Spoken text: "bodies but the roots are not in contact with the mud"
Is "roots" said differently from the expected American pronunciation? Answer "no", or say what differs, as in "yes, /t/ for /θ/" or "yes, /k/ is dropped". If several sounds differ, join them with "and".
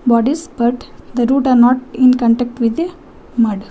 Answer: yes, /s/ is dropped